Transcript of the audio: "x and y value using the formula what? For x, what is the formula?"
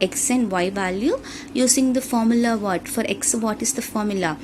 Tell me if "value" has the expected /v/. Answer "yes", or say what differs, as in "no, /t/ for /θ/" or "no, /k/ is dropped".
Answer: yes